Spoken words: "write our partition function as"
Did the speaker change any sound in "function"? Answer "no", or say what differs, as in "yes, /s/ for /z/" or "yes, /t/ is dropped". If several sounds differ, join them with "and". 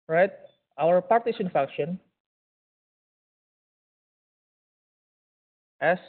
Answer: yes, /ŋ/ is dropped